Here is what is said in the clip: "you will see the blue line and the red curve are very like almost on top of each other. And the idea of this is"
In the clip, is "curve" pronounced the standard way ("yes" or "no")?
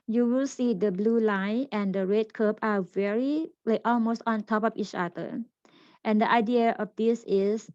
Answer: no